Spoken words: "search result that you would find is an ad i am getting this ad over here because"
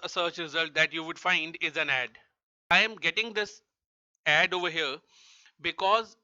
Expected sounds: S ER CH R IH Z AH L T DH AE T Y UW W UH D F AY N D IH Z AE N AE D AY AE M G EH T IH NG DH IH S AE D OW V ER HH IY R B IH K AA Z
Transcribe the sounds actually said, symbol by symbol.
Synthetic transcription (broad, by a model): S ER CH R IH Z AH L T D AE T Y UW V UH D F AY N D IH Z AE N AE D AY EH M G EH T IH NG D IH S AE D OW V ER HH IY R B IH K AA Z